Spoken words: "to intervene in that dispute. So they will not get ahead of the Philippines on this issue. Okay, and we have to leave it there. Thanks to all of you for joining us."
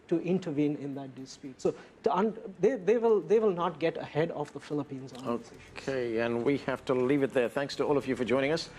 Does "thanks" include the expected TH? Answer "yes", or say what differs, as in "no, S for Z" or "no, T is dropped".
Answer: yes